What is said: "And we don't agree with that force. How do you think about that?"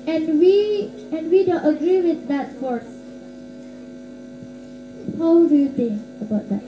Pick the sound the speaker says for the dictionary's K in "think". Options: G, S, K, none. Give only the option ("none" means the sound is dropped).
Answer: none